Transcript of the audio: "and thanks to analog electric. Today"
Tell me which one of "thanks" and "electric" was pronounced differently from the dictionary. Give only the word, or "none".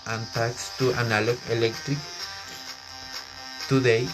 thanks